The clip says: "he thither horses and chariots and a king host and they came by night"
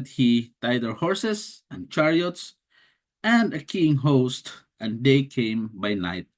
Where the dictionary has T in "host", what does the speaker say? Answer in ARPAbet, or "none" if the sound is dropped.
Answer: T